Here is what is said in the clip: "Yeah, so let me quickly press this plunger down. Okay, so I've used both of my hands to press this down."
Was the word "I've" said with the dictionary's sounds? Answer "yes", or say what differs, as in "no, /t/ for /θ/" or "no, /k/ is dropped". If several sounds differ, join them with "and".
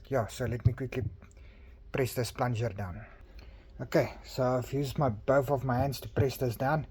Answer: no, /f/ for /v/